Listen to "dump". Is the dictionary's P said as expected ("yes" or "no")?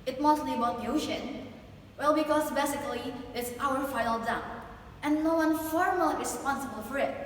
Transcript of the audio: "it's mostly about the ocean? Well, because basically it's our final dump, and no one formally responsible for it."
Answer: no